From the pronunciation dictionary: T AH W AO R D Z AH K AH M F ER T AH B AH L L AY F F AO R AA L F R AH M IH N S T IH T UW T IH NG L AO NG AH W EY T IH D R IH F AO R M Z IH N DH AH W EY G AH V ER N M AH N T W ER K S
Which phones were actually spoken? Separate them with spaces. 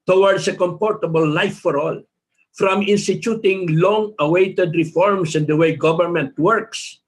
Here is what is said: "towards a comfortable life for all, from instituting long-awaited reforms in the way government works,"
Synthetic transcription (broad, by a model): T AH W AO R D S AH K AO M P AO T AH B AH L L AY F F AO R AA L F R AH M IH N S T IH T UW T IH NG L AO NG AH W EY T IH D R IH F AO R M S IH N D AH W EY G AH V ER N M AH N T W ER K S